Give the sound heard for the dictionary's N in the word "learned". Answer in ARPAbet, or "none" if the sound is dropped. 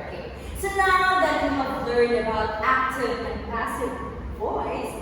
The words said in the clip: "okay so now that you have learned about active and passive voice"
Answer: none